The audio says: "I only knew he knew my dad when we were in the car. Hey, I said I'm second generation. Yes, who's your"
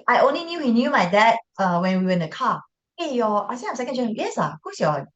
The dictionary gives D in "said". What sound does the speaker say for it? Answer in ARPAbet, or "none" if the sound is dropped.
none